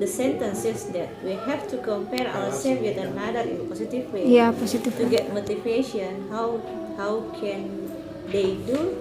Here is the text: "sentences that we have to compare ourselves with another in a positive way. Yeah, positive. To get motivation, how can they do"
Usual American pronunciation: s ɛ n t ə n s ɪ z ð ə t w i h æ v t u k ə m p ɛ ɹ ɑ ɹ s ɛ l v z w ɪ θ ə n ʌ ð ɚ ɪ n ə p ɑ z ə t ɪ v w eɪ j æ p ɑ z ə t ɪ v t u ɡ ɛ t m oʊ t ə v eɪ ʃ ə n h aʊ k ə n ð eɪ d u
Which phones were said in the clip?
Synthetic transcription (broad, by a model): s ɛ n t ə n s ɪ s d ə t w i h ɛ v t u k ə m p ɛ ɹ ɑ w s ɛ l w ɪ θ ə n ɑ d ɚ ɪ n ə p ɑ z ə t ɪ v w eɪ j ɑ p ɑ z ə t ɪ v t u ɡ ɛ t m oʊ t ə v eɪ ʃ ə n h aʊ k ə n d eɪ d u